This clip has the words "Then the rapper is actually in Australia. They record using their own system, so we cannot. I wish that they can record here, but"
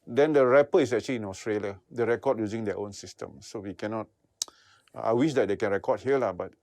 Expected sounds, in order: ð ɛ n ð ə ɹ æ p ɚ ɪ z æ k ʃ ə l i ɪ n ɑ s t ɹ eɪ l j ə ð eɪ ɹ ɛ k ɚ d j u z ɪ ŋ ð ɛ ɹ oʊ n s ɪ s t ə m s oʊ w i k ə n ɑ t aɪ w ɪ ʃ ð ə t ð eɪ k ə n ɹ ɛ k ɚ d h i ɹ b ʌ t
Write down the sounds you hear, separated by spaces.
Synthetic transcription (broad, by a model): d ɛ n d ə ɹ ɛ p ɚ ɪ s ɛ k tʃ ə l i ɪ n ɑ s t ɹ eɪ l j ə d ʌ ɹ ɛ k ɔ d j u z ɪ ŋ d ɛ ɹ oʊ n s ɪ s t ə m s oʊ w i k ə n ɑ t aɪ w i ʃ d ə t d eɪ k ə n ɹ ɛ k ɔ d h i l b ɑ t